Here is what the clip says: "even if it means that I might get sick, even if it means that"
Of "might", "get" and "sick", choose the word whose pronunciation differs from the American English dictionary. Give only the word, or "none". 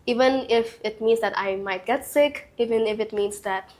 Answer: none